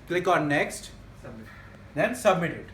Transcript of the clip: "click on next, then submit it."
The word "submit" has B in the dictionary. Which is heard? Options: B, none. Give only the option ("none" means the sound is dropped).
B